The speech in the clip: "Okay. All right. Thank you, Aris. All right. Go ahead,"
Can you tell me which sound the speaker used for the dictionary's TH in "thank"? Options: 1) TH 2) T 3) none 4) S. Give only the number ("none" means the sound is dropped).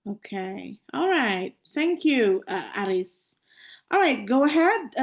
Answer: 1